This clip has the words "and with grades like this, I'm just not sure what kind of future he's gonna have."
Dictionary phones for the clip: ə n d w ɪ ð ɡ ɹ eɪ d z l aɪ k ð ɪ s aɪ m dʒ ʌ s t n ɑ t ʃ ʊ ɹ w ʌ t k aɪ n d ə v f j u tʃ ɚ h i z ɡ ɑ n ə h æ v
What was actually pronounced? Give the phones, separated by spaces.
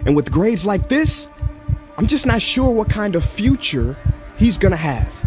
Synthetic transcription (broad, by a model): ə n w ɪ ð ɡ ɹ eɪ d z l aɪ k ð ɪ s aɪ m dʒ ʌ s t n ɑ t ʃ ʊ ɹ w ʌ t k aɪ n d ə v f j u tʃ ɚ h i z ɡ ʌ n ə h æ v